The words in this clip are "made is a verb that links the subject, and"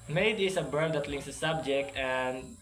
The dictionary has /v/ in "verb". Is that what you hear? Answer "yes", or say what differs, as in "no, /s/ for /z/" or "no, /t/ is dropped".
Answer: no, /b/ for /v/